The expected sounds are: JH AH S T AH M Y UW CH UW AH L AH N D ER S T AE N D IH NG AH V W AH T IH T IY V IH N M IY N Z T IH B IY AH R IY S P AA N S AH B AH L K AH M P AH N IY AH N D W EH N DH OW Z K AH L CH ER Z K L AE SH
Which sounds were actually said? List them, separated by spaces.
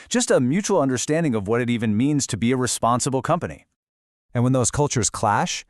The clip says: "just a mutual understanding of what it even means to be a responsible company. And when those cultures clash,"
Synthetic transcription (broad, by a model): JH AH S T AH M Y UW CH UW L AH N D ER S T AE N D IH NG AH V W AH T IH T IY V IH N M IY N Z T IH B IY AH R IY S P AA N S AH B L K AH M P AH N IY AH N W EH N DH OW Z K AH L CH ER Z K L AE SH